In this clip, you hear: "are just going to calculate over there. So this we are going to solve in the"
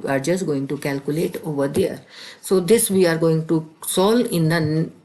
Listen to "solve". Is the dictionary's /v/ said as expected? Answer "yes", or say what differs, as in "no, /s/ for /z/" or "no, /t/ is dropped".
no, /v/ is dropped